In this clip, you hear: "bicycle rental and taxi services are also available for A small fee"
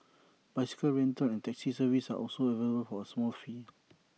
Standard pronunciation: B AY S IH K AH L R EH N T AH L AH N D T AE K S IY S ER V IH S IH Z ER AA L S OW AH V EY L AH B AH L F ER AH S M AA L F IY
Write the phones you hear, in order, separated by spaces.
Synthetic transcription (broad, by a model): B AY S IH K AH L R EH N T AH N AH N T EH K S IY S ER V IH S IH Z AA L S OW AH V EY L AH B AH L F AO AH S M AA L F IY